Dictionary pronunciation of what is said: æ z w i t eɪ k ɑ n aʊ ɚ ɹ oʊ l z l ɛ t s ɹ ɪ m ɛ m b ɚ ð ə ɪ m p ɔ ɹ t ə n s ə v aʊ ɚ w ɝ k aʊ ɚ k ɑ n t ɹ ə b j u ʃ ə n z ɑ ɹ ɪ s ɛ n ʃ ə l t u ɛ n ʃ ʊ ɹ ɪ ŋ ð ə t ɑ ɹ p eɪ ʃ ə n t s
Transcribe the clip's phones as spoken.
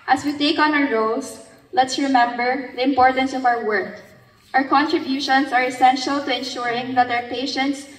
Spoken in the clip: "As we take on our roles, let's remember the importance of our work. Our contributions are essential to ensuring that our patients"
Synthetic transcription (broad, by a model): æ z w i t eɪ k ɑ n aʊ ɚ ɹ oʊ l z l ɛ t s ɹ ɪ m ɛ m b ɚ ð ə ɪ m p ɔ ɹ t ə n s ə v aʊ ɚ w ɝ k aʊ ɚ k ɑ n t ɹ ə b j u ʃ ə n s ɑ ɹ ɪ s ɛ n ʃ ə l t u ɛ n ʃ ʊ ɹ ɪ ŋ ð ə t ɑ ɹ p eɪ ʃ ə n t s